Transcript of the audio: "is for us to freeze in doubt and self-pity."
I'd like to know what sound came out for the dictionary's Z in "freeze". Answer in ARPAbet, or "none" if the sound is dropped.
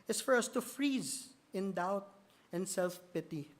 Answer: Z